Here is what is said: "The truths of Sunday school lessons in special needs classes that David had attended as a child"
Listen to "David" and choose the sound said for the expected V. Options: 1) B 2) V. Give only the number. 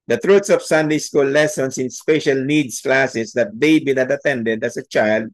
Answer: 1